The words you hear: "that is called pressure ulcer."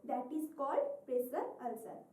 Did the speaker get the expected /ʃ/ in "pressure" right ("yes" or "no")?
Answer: no